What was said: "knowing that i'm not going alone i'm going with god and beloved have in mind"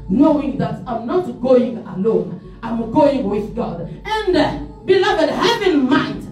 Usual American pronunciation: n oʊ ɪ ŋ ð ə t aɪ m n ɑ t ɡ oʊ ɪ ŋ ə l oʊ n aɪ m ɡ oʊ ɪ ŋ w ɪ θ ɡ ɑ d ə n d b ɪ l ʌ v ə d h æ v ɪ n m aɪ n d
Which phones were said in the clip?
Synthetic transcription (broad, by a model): n oʊ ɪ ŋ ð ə t aɪ m n ɑ t ɡ oʊ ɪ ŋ ə l oʊ n aɪ m ɡ oʊ ɪ ŋ w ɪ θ ɡ ɑ d ə n d b ɪ l ʌ v ə d h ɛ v ɪ n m aɪ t